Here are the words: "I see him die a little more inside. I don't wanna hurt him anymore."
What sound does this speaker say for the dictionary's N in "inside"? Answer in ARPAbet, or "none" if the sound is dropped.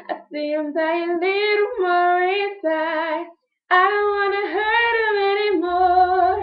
none